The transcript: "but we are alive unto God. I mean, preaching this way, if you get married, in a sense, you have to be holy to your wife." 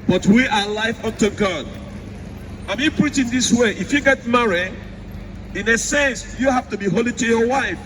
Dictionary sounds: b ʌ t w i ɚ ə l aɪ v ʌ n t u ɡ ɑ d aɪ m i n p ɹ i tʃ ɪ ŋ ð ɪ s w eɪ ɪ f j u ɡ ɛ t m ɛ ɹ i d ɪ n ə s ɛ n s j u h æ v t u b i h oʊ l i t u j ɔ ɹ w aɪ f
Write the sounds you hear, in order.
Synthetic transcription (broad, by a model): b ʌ t w i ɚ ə l aɪ f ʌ n t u ɡ ɑ d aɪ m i p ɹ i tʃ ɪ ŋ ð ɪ s w eɪ ɪ f j u ɡ ɛ t m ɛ ɹ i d ɪ n ə s ɛ n s j u h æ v t u b i h oʊ l i t u j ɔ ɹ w aɪ f